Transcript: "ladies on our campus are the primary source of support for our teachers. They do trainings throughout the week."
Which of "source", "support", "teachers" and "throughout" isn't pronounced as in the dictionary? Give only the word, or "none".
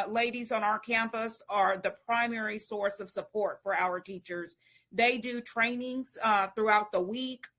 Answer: none